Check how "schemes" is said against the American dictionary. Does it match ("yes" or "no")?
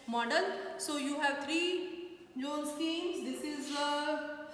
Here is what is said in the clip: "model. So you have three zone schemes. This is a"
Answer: no